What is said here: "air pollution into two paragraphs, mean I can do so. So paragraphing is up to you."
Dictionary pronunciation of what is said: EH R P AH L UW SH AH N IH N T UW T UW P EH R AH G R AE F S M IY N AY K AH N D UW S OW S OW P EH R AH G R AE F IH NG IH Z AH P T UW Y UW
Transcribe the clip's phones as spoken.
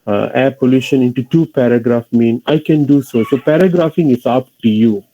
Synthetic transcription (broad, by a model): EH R P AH L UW SH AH N IH N T UW T UW P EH R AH G R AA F M IY N AY K AH N D UW S OW S OW P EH R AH G R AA F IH NG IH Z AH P T UW Y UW